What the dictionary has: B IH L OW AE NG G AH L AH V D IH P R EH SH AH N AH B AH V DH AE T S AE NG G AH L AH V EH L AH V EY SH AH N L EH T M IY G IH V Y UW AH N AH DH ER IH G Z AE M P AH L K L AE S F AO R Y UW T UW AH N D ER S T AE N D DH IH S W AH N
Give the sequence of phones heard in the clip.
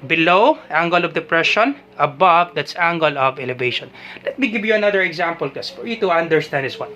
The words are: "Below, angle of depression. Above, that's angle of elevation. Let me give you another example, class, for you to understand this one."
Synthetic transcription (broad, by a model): B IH L OW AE NG G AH L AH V D IH P R EH SH AH N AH B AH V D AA T S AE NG G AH L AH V EH L AH V EY SH AH N L EH T M IY G IH V Y UW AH N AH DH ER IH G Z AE M P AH L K EH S F AO R Y UW T UW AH N D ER S T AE N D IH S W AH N